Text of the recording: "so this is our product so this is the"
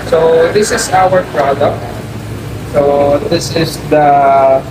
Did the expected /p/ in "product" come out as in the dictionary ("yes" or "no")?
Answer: yes